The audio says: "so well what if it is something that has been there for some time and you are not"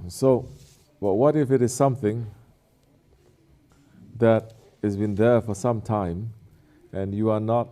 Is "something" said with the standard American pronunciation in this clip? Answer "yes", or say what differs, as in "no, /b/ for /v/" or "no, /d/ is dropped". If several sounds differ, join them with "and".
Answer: yes